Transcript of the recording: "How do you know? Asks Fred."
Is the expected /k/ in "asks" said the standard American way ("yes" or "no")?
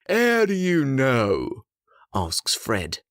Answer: yes